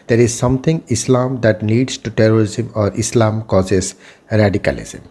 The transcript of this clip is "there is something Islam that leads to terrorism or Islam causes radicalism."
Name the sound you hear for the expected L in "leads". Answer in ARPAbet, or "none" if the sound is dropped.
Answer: N